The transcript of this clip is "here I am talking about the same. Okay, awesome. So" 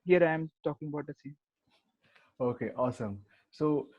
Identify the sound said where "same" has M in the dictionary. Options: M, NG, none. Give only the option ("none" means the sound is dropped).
none